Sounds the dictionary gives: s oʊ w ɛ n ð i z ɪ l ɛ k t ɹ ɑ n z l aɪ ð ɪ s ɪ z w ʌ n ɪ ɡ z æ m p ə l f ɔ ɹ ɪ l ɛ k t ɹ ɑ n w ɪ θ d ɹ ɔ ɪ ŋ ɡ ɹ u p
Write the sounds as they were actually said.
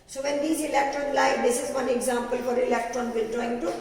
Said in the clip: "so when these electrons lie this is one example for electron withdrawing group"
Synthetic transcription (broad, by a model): s oʊ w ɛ n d i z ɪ l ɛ k t ɹ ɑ n l aɪ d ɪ s ɪ z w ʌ n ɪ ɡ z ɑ m p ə l f ɔ ɹ ɪ l ɛ k t ɹ ɑ n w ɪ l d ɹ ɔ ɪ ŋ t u